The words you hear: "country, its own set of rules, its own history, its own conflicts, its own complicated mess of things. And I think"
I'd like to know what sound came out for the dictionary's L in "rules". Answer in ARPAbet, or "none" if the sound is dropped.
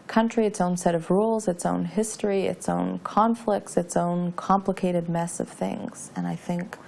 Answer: L